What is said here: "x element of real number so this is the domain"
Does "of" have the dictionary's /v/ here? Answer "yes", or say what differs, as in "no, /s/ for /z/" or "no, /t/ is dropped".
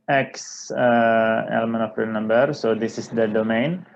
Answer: no, /p/ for /v/